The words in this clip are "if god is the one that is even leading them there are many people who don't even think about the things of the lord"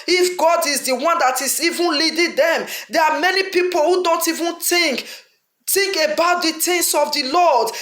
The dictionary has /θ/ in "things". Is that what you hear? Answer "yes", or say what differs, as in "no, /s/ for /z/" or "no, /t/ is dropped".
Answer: no, /t/ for /θ/